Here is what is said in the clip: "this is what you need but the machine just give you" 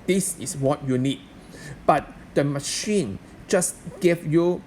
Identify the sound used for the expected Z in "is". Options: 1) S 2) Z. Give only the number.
1